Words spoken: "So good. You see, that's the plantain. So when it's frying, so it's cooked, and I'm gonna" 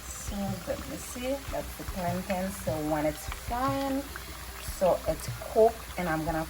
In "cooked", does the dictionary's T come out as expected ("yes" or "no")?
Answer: no